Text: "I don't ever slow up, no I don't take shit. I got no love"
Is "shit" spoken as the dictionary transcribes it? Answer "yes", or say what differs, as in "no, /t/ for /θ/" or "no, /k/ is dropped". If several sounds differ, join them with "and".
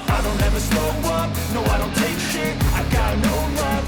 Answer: no, /t/ is dropped